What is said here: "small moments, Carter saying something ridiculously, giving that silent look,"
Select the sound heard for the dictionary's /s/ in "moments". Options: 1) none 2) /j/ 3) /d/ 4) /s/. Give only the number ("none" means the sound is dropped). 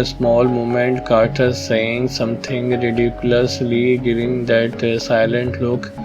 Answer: 1